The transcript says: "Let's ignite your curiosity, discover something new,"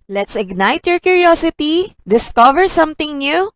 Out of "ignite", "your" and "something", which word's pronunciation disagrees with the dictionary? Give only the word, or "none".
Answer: something